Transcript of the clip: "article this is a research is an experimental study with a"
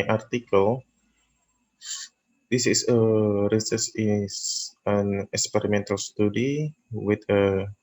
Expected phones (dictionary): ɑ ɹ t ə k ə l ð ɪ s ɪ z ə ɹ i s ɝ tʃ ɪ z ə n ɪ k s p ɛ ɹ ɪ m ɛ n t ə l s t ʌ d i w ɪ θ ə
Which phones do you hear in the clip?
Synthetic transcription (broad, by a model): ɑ ɹ t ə k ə l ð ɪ s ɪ s ə ɹ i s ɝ s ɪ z ə n ɪ k s p ɛ ɹ ɪ m ɛ n t ə l s t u d i w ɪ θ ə